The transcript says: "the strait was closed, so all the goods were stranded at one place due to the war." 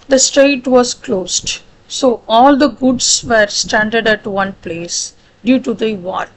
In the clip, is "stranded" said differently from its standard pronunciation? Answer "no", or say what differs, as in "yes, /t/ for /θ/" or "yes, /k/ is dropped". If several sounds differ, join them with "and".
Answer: yes, /ɹ/ is dropped